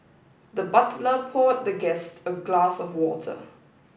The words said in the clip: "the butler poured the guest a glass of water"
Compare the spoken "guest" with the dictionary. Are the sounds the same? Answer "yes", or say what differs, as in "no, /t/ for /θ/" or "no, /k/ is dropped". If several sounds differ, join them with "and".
yes